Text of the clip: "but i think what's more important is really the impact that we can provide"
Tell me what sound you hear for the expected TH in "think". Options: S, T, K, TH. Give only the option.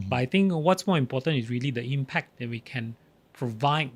T